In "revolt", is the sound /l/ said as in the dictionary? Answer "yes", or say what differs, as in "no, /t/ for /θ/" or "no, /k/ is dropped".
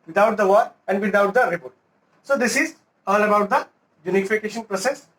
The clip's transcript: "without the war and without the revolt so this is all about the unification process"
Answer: no, /l/ is dropped